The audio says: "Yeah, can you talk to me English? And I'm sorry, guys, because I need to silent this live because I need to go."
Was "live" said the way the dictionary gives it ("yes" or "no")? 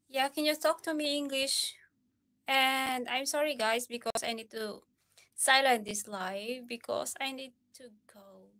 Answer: no